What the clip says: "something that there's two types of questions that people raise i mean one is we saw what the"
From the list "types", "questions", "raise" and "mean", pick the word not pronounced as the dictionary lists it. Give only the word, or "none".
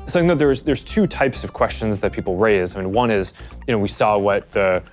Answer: none